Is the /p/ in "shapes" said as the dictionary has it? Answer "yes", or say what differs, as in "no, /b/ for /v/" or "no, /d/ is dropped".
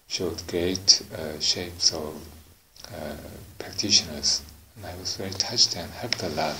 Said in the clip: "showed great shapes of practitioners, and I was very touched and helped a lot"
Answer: yes